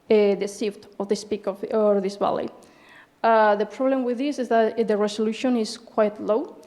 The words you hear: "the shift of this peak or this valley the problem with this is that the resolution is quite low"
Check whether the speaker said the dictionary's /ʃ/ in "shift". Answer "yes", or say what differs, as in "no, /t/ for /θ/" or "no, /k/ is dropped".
no, /s/ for /ʃ/